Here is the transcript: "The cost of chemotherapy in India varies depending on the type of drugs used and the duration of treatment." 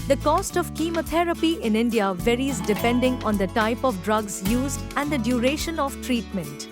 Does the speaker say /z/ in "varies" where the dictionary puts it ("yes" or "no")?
yes